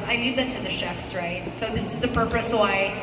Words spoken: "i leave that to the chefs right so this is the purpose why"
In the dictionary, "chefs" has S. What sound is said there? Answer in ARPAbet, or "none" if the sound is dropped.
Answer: S